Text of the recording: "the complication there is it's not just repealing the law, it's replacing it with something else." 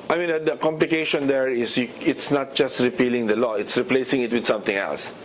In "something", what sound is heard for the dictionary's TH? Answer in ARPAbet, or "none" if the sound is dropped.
T